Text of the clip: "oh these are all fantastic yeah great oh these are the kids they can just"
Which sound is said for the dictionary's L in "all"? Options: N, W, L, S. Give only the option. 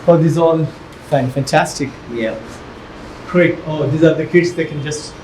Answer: N